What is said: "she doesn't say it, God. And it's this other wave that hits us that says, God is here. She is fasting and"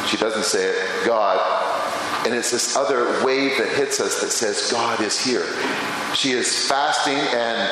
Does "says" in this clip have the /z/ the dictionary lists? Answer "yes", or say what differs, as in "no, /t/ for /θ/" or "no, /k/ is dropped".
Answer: yes